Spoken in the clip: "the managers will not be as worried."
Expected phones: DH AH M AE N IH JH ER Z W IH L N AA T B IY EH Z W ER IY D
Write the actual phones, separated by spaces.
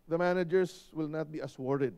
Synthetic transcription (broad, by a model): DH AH M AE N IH JH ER S W IH L N AA T B IY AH S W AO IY D